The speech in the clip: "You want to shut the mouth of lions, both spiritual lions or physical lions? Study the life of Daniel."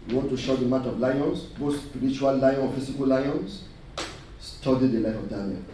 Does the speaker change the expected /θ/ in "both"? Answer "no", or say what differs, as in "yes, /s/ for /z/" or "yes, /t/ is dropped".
yes, /s/ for /θ/